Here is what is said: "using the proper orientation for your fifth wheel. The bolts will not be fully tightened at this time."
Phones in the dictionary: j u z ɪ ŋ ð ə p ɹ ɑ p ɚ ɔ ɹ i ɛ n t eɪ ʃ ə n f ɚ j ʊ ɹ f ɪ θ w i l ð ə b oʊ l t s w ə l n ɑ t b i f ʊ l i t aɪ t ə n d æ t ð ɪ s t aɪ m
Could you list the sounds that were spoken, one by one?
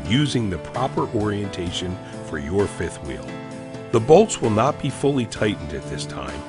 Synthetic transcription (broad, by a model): j u z ɪ ŋ ð ə p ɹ ɑ p ɚ ɔ ɹ i ɛ n t eɪ ʃ ə n f ɚ j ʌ ɹ f ɪ θ w i l ð ə b oʊ l t s w ə l n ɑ t b i f ʊ l i t aɪ t n d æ t ð ɪ s t aɪ m